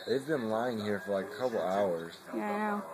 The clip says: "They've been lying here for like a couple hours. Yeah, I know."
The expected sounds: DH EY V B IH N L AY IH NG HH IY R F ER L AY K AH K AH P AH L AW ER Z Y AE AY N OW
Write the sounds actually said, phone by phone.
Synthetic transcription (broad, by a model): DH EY V B IH N L AY IH NG HH IY R F ER L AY AH K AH P L AW ER Z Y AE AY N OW